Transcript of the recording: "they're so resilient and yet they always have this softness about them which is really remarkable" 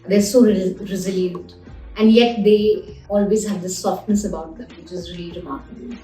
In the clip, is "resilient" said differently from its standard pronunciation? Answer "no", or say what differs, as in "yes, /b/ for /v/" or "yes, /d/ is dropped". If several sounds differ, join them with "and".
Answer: no